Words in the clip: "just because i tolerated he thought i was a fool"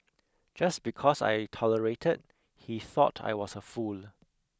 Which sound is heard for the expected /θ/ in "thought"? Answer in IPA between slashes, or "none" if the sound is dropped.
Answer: /θ/